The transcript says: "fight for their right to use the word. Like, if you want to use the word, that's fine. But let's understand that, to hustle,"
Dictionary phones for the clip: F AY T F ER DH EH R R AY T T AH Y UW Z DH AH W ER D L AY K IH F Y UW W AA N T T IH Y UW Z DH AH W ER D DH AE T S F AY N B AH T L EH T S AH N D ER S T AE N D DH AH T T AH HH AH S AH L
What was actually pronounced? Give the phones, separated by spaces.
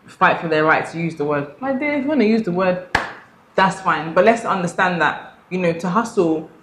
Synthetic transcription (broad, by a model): F AY T F ER DH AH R R AY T T AH Y UW Z DH AH W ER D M AY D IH W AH N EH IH Y UW Z DH AH W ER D DH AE T S F AY N B AH T L EH T S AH N D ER S T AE N DH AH T T AH HH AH S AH L